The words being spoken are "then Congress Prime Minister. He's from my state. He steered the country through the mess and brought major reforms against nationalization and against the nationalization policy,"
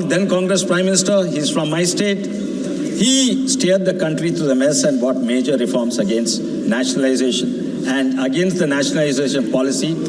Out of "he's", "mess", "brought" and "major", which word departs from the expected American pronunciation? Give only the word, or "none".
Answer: brought